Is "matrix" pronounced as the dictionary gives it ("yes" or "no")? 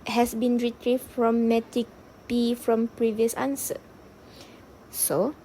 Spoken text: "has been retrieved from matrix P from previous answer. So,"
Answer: no